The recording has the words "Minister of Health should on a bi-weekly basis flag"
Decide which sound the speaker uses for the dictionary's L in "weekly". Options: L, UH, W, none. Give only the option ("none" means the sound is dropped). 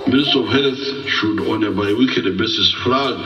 none